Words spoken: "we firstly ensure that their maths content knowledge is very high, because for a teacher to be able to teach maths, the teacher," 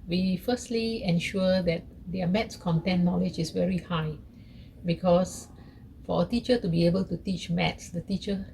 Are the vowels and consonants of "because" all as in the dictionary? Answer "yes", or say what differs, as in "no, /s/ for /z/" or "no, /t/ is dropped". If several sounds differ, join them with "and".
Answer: no, /s/ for /z/